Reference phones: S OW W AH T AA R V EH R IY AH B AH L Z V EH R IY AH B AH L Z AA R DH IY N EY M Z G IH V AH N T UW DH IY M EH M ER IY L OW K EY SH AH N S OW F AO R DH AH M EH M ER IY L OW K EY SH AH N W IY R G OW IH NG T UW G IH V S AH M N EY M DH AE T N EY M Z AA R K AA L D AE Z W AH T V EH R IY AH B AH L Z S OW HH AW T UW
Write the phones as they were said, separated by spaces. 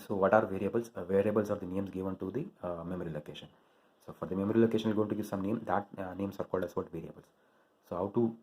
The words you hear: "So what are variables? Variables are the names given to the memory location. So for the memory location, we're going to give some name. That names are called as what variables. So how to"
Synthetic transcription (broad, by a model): S OW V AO T AA R V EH R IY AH B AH L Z V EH R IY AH B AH L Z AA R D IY N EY M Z G IH V AH N T UW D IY M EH M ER IY L OW K EY SH AH N S OW F AO R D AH M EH M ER IY L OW K EY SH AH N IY L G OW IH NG T UW G IH V S AH M N EY M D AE T N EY M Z AA R K AA L D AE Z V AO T V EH R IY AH B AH L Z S OW HH AW T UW